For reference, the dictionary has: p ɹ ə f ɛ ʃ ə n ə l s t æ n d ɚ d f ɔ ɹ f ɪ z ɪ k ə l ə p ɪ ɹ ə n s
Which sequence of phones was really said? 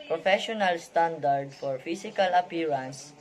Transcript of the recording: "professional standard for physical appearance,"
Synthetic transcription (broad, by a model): p ɹ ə f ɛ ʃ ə n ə l s t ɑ n d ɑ d f ɔ ɹ f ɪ s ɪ k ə l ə p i ɹ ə n s